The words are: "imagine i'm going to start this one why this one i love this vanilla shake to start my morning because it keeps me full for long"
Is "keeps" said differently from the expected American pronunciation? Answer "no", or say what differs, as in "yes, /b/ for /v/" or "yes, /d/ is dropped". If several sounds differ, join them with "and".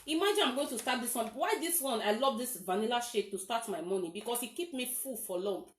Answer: yes, /s/ is dropped